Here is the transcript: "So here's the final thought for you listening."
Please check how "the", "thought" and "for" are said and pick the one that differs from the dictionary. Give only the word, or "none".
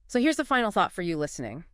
none